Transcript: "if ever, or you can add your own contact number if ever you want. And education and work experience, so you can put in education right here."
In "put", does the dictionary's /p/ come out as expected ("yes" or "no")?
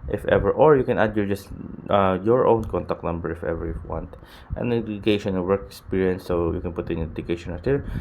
yes